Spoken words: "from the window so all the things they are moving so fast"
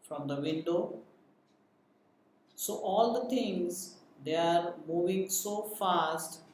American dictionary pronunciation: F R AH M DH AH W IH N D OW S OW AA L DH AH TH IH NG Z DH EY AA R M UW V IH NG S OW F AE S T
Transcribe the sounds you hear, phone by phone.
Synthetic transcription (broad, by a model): F R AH M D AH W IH N D OW S OW AA L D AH T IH NG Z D EY AA R M UW V IH NG S OW F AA S T